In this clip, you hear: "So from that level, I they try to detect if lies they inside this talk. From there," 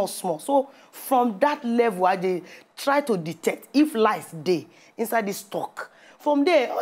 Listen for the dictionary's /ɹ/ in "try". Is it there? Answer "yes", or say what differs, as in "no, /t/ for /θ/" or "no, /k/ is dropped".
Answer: yes